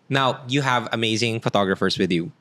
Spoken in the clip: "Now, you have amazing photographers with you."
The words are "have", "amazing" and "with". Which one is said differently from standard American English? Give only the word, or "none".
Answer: none